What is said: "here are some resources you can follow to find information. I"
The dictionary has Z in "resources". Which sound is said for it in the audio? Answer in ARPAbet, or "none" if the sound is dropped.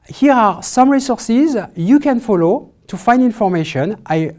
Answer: Z